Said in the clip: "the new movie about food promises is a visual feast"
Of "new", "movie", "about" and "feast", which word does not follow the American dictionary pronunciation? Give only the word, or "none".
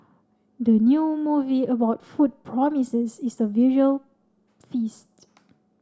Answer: none